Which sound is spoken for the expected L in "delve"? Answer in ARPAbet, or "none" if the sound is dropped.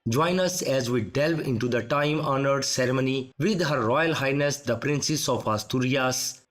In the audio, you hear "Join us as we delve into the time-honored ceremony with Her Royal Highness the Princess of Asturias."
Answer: L